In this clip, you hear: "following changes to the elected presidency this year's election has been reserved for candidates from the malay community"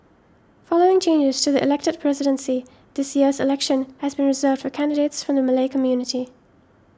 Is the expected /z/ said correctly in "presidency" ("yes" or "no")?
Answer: yes